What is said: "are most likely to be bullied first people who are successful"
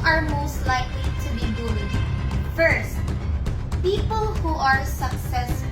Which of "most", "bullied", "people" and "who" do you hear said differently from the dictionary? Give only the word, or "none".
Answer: bullied